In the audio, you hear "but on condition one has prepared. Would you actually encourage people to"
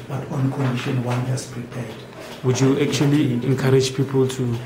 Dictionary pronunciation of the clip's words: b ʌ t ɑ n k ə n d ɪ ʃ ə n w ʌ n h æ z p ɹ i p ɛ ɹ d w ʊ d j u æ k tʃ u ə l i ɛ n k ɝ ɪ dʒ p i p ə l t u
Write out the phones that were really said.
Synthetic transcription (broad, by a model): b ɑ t ɑ n k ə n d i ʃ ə n w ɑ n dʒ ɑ s p ɹ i p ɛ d w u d j u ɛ k tʃ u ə l i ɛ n k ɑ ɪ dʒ p i p ə l t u